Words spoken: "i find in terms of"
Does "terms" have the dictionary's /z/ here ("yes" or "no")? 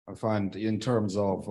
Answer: yes